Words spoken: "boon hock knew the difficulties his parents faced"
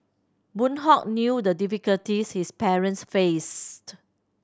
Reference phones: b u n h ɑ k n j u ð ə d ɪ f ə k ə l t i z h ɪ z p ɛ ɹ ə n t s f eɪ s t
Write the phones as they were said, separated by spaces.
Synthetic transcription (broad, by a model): b u n h ɑ k n j u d ə d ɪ f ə k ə l t i s h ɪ s p ɛ ɹ ə n t s f eɪ s t